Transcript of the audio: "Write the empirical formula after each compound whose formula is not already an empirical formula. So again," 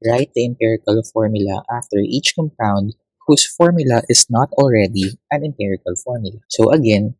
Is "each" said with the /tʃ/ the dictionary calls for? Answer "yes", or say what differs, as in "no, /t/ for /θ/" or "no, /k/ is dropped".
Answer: yes